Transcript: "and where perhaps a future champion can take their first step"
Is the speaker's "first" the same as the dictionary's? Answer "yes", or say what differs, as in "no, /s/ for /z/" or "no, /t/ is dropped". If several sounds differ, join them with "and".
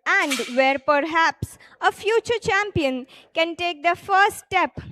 no, /s/ is dropped